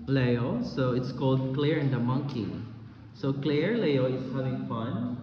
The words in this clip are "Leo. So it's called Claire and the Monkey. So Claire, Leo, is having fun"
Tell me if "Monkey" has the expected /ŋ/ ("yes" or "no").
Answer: yes